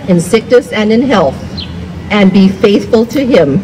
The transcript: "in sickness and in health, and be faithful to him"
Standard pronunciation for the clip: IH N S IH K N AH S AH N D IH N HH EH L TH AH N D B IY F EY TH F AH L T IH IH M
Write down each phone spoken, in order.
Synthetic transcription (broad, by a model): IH N S IH K N AH S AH N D IH N HH EH L TH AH N B IY F EY TH F AH L T IH IH M